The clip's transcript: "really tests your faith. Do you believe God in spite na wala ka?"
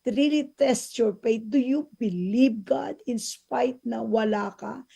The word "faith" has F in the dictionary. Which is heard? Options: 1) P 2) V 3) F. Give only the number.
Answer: 1